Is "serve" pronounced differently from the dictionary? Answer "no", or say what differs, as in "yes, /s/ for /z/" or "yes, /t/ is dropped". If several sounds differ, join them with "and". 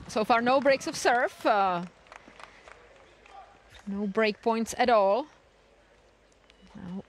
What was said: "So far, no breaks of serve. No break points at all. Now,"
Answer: yes, /f/ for /v/